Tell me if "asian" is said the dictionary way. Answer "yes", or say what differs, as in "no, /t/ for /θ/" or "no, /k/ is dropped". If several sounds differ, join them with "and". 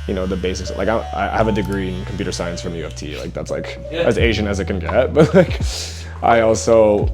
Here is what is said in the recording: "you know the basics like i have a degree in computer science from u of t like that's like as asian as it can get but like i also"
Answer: yes